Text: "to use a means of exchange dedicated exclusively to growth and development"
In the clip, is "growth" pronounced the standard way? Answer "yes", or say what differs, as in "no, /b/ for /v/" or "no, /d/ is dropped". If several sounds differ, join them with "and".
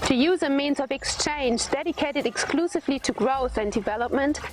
yes